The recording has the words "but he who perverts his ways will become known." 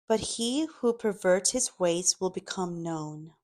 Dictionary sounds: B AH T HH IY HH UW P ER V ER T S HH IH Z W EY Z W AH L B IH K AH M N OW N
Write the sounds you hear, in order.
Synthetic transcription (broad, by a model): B AH T HH IY HH UW P ER V ER T S HH IH Z W EY Z W AH L B IH K AH M N OW N